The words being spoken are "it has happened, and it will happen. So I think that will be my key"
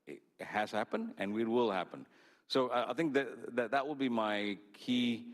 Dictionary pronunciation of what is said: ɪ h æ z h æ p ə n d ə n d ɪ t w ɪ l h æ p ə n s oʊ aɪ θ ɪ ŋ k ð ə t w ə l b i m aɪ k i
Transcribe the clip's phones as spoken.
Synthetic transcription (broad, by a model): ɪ h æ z h æ p ə n d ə n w ɪ t w ɪ l h æ p ə n s oʊ aɪ θ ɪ ŋ k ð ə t w ə l b i m aɪ k i